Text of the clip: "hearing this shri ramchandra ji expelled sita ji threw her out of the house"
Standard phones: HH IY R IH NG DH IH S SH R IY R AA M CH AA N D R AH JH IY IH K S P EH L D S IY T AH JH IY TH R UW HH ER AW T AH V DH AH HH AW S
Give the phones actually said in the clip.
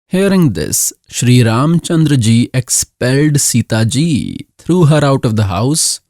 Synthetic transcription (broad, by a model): HH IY R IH NG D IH S SH R IY R AA M CH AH N D R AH JH IY IH K S P EH L D S IY T AH JH IY T R UW HH ER AW T AH V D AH HH AW S